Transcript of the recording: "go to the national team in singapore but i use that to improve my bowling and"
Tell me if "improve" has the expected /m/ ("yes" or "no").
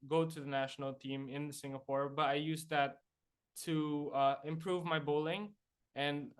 yes